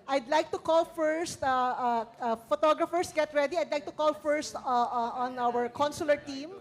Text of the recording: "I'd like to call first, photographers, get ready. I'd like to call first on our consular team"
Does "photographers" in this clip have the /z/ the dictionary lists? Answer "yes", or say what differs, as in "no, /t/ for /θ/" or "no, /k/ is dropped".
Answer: no, /s/ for /z/